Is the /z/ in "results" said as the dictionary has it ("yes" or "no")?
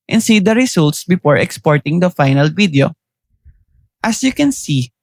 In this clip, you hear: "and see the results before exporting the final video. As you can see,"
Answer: no